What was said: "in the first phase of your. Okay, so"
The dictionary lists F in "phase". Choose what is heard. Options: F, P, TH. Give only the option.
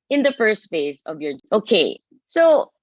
F